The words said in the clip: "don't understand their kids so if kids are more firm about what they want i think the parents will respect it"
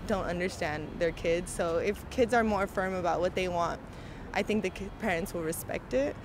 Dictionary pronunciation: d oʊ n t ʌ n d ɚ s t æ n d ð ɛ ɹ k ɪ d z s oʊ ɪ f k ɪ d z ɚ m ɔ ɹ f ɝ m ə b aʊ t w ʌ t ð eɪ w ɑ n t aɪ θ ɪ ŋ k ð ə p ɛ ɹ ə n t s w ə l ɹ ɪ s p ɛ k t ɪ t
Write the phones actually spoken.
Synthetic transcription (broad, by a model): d oʊ n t ʌ n d ɚ s t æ n ð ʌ ɹ k ɪ d z s oʊ ɪ f k ɪ d z ɚ m ɔ ɹ f ɝ m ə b aʊ t w ʌ t ð eɪ w ɑ n t aɪ θ ɪ ŋ k ð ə p ɛ ɹ ə n t s w ə l ɹ ɪ s p ɛ k t ɪ t